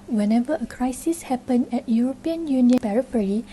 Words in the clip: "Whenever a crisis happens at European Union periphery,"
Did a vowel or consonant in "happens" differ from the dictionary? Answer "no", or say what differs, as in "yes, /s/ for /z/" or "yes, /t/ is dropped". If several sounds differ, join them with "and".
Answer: yes, /z/ is dropped